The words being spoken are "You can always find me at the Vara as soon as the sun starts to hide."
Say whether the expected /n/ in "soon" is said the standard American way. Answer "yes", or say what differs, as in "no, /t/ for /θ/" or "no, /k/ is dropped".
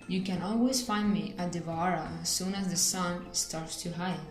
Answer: yes